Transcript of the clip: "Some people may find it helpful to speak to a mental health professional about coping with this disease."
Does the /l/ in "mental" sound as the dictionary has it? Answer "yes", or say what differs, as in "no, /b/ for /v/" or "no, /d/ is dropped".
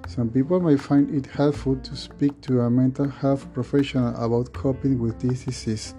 yes